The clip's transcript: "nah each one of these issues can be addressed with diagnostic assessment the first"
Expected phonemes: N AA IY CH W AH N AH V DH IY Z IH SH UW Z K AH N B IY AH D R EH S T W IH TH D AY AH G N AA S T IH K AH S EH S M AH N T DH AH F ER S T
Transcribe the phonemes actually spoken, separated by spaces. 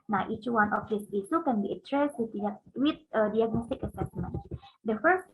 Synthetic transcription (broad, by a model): N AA IY CH W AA N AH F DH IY S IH S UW K AH N B IY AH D R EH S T W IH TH D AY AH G N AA S T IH K AH S EH S M AH N T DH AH F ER S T